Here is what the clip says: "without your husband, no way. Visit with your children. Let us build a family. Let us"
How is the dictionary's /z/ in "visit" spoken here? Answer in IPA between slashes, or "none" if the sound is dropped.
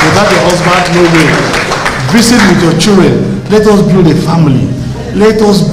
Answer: /s/